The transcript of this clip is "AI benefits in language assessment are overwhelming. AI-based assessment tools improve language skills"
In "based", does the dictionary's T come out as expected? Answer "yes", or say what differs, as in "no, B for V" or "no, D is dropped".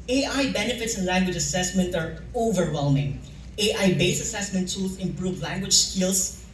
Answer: no, T is dropped